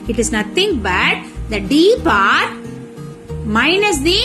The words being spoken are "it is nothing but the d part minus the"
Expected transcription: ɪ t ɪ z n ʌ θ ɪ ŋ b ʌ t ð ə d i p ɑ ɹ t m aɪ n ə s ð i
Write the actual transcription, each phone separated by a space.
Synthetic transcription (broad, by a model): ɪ t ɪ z n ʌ t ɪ ŋ b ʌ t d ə d i p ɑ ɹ t m aɪ n ə s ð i